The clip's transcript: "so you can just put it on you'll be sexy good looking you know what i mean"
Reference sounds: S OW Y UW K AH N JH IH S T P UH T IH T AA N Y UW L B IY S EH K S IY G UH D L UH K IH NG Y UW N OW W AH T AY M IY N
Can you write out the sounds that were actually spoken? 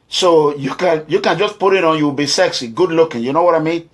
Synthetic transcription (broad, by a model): S OW Y UW K AH N JH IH S P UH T IH T AA N Y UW W B IY S EH K S IY G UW D L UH K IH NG Y UW N OW W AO T AY M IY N